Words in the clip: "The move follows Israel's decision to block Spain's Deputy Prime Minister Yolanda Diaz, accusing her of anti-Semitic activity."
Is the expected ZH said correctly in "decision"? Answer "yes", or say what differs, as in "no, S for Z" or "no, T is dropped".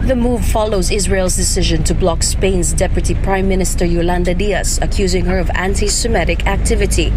yes